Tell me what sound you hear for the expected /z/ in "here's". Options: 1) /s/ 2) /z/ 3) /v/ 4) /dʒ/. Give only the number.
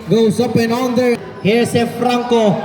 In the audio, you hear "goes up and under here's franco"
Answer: 1